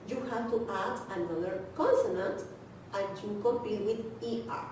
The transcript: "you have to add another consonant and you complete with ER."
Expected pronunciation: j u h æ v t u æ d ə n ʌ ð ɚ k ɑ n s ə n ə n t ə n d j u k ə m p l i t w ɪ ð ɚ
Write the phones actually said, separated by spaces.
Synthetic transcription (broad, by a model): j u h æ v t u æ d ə n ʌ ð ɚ k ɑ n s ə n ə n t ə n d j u k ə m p i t w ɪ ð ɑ